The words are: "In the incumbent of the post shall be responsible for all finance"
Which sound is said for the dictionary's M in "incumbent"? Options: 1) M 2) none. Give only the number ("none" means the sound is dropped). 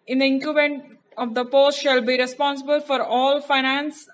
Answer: 2